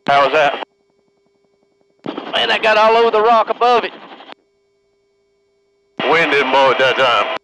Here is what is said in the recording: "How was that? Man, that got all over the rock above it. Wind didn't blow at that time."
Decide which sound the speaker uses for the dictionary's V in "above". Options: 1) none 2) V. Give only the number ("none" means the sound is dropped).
2